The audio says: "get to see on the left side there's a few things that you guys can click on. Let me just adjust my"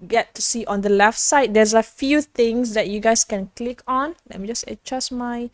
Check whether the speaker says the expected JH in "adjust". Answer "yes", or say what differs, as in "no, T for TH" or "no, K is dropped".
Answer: no, CH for JH